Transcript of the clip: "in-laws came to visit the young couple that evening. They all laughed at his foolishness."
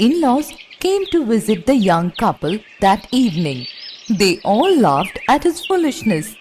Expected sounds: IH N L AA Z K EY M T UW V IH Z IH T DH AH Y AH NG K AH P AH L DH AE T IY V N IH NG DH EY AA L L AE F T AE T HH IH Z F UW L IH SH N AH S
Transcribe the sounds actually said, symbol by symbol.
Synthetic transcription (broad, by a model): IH N L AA S K EY M T UW V IH Z IH T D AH Y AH NG K AH P AH L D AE T IY V N IH NG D EY AA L L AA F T AE T HH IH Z F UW L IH SH N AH S